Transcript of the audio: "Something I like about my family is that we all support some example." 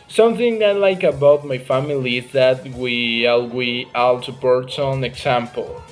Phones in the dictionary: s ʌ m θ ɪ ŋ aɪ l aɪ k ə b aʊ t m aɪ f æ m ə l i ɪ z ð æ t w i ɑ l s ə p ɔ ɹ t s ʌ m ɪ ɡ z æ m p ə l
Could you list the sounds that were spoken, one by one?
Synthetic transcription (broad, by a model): s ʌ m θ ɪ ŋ aɪ l aɪ k ə b aʊ t m aɪ f æ m ə l i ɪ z ð æ t w i ɑ l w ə ɑ l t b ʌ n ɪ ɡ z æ m p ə l